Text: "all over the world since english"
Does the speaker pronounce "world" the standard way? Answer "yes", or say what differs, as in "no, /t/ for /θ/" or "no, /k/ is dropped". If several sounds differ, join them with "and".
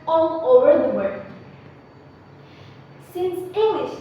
no, /l/ is dropped